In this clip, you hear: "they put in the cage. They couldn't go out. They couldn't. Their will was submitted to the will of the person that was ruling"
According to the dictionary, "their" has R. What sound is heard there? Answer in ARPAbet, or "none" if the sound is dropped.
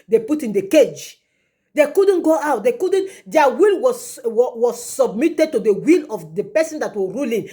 L